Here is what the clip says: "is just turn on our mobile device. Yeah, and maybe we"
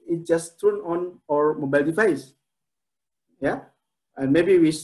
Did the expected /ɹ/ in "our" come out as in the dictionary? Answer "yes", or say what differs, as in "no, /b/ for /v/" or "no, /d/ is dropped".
yes